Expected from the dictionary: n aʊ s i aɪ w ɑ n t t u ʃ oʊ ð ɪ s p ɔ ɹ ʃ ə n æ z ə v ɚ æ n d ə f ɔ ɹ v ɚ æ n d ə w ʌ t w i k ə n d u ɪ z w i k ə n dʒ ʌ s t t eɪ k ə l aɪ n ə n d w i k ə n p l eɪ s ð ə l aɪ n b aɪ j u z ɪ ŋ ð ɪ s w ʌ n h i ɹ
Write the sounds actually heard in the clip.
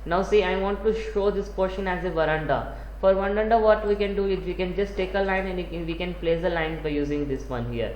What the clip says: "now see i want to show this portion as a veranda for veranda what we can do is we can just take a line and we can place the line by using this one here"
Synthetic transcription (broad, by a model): n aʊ s i aɪ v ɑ n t t u ʃ oʊ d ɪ s p ɔ ɹ ʃ ə n æ z ə v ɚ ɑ n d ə f ɔ ɹ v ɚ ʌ n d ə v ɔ t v i k ə n d u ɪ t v i k ə n dʒ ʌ s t t eɪ k ə l aɪ n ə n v i k ə n p l eɪ s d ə l aɪ n b aɪ j u z ɪ ŋ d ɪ s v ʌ n h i ɹ